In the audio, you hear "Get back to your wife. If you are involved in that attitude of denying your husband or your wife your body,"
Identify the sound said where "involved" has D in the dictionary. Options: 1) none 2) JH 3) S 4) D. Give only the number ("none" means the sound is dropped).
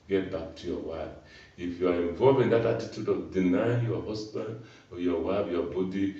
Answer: 1